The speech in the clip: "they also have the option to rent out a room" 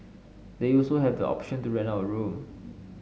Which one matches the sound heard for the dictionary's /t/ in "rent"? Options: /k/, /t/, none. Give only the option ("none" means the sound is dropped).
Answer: none